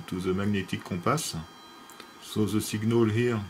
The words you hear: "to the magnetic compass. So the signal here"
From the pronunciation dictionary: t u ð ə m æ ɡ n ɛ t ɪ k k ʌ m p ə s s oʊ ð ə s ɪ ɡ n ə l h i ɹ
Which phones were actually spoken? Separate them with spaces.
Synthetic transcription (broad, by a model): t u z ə m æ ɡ n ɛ t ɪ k k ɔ p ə s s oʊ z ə s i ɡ n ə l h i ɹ